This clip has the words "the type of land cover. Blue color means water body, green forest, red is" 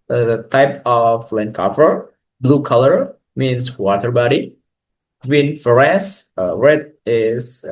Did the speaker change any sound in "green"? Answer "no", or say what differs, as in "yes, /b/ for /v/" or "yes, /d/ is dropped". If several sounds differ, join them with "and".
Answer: yes, /w/ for /ɹ/